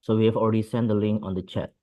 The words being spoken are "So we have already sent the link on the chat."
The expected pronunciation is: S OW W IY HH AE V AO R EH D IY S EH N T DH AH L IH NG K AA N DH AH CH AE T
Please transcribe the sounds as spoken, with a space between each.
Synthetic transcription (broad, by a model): S OW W IY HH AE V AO L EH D IY S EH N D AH L IH NG K AA N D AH CH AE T